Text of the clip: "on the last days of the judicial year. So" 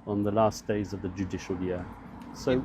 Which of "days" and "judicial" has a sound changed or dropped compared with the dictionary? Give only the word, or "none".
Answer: none